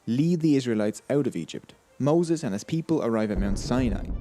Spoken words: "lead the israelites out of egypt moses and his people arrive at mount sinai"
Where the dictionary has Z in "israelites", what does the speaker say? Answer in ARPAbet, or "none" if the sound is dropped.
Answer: Z